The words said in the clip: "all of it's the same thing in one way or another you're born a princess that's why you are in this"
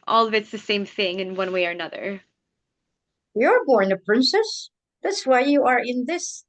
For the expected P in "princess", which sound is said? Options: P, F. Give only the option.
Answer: P